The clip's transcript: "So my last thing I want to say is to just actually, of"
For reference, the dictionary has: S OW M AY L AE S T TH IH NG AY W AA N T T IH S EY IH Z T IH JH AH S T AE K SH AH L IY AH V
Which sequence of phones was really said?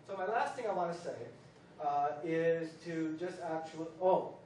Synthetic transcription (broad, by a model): S OW M AY L AE S T TH IH NG AY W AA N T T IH S EY IH Z T IH JH AH S T AE K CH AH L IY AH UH